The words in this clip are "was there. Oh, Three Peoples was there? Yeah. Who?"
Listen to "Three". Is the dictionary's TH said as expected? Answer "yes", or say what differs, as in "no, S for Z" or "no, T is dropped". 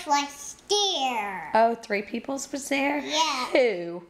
yes